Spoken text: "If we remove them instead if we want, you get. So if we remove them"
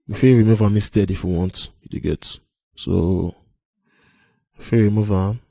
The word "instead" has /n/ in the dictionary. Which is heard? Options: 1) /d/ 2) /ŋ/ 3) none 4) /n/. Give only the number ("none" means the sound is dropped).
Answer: 3